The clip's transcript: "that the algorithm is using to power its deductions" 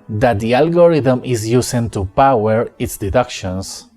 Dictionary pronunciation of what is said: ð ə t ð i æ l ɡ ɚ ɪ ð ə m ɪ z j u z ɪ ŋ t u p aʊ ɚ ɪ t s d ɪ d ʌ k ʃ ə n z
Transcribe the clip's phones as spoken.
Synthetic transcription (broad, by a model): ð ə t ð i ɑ l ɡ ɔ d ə m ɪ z j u s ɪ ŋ t u p aʊ ɚ ɪ t s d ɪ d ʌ k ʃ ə n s